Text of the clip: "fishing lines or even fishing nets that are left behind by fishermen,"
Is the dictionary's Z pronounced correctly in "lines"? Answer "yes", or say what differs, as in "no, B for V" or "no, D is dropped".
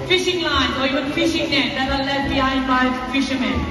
no, Z is dropped